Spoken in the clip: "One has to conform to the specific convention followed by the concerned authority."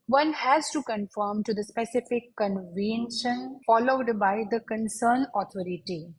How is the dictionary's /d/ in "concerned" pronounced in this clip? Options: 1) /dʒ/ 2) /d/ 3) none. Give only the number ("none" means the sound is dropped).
3